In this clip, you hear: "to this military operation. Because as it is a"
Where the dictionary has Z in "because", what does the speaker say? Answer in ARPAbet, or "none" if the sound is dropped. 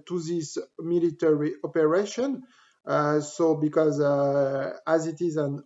Z